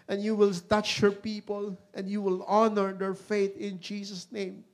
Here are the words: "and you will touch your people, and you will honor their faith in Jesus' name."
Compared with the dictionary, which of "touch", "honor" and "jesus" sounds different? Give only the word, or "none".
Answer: jesus